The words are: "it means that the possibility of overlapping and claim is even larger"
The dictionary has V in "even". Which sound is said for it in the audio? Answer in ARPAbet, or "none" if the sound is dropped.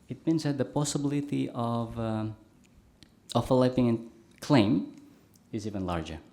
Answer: V